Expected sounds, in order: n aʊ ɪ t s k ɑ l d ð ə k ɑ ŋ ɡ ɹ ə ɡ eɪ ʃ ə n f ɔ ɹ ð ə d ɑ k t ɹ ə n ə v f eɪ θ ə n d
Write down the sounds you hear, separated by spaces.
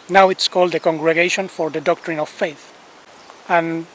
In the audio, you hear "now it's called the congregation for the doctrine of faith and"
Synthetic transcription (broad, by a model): n aʊ ɪ t s k ɑ l d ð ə k ɑ ŋ ɡ ɹ ə ɡ eɪ ʃ ə n f ɔ ɹ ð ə d ɑ k t ɹ ə n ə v f eɪ θ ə n